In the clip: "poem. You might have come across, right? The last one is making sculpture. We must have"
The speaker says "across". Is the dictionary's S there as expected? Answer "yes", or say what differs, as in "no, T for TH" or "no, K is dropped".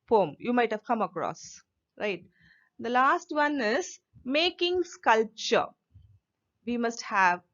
yes